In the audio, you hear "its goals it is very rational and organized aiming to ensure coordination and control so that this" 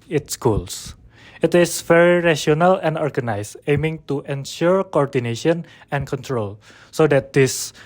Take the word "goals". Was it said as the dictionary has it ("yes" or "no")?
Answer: no